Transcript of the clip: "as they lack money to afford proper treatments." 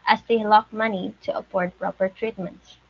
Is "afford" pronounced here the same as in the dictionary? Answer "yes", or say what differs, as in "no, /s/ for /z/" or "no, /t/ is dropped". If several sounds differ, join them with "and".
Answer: no, /p/ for /f/